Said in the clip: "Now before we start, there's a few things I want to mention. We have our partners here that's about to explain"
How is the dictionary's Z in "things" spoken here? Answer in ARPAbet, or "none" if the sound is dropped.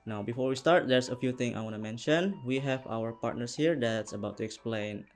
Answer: none